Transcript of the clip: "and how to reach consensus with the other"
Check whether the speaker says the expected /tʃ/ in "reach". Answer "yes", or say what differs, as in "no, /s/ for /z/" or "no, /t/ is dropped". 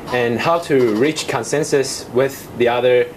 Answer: yes